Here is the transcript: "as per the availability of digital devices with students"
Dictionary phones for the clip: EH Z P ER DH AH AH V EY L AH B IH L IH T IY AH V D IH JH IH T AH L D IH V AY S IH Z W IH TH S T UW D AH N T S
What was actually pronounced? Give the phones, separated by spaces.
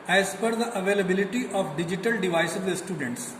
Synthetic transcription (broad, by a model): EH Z F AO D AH AH V EY L AH B IH L IH T IY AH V D IH JH IH T AH L D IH V AY S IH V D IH S T UW D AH N T S